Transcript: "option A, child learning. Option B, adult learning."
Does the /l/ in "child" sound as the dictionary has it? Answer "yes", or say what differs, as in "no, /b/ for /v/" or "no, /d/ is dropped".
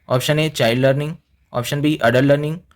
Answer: no, /l/ is dropped